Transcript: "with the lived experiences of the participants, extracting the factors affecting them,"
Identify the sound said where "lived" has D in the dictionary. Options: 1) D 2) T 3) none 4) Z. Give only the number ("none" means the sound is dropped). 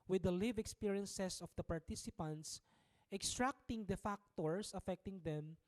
3